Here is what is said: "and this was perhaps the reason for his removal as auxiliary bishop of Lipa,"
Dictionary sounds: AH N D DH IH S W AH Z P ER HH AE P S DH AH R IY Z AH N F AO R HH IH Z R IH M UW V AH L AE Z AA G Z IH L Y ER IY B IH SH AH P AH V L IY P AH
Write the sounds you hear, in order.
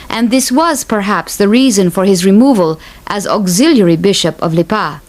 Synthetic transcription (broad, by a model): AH N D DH IH S W AH Z P ER HH AE P S DH AH R IY Z AH N F AO R HH IH Z R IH M UW V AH L AE Z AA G Z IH L Y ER IY B IH SH AH P AH V L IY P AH